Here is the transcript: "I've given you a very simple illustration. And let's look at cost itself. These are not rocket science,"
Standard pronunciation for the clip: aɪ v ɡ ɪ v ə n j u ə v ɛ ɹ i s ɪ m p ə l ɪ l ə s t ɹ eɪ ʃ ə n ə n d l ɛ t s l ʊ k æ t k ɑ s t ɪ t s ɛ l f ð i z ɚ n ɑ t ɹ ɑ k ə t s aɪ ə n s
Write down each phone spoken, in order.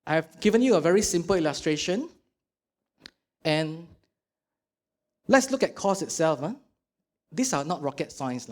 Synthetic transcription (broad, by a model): aɪ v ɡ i v ə n j u ə v ɛ ɹ i s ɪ m p ə l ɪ l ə s t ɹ eɪ ʃ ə n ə n l ɛ t s l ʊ k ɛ t k ɑ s ɪ t s ɛ l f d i s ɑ n ɑ t ɹ ɑ k ə t s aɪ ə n s